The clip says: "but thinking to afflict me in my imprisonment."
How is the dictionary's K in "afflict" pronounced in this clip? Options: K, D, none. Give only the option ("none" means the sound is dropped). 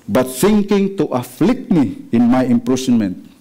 K